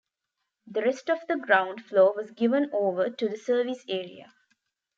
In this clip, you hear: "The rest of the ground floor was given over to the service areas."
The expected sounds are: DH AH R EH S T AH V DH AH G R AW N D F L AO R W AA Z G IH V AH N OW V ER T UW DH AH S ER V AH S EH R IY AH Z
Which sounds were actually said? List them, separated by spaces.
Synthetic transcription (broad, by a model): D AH R EH S T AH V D AH G R AW N D F L AO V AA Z G IH V AH N OW V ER T UW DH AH S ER V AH S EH R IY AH